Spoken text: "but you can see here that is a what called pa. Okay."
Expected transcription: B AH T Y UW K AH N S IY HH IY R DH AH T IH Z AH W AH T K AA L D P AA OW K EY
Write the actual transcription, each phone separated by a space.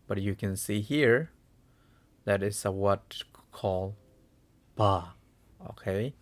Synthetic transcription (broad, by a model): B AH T Y UW K AH N S IY HH IY R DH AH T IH S AH W AH T K AA L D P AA OW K EY